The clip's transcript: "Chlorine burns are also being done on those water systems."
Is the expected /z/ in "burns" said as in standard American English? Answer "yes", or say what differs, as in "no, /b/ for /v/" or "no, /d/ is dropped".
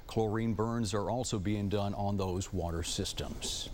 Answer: yes